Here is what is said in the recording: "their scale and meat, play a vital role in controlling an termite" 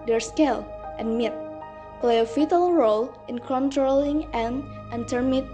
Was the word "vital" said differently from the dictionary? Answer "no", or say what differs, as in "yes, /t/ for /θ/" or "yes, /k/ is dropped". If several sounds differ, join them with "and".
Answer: yes, /f/ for /v/